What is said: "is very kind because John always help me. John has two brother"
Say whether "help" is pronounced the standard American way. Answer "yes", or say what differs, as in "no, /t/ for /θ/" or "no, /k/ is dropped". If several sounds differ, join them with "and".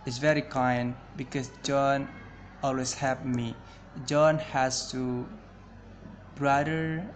no, /l/ is dropped